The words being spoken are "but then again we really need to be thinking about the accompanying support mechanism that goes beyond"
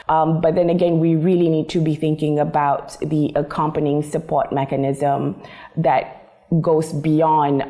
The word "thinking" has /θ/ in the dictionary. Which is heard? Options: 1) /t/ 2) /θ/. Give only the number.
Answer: 2